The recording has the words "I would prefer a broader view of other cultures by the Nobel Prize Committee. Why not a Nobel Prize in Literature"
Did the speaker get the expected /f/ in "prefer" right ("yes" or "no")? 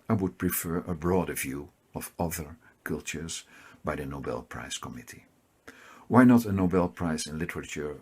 yes